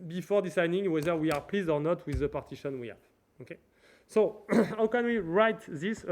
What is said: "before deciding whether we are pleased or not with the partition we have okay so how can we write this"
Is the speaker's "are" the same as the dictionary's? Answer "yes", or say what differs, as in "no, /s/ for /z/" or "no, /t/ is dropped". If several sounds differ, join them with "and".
yes